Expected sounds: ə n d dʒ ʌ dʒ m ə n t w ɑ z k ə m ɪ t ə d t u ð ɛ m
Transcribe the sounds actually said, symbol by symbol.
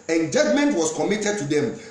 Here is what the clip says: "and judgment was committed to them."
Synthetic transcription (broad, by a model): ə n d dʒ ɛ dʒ m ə n t w ɑ s k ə m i t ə d t u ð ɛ m